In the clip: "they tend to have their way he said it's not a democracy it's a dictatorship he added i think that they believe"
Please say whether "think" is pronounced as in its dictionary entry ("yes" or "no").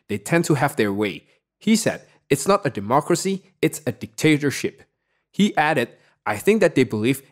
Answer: yes